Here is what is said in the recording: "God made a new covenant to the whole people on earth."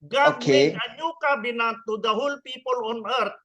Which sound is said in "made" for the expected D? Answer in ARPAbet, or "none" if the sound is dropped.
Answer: none